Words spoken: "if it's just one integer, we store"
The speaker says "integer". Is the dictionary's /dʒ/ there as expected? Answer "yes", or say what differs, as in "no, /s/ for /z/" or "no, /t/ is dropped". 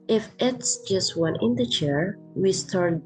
no, /tʃ/ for /dʒ/